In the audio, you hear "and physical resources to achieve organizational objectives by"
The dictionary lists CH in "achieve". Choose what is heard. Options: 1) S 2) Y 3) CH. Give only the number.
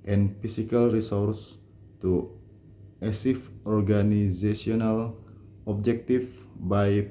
1